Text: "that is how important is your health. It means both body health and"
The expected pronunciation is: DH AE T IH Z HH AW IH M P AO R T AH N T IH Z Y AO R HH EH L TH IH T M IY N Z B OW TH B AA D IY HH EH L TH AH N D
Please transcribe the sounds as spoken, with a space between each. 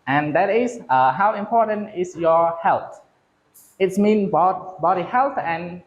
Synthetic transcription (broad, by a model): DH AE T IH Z HH AW IH M P AO R T AH N T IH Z Y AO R HH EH L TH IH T M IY N B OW T B AA D IY HH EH L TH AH N